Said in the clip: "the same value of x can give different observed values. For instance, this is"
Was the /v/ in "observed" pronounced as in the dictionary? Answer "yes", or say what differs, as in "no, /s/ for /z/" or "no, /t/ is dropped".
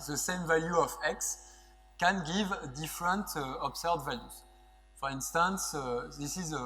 no, /v/ is dropped